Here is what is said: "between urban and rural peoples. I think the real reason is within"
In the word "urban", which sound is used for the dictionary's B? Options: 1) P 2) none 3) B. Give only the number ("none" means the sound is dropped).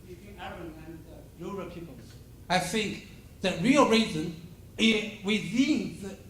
2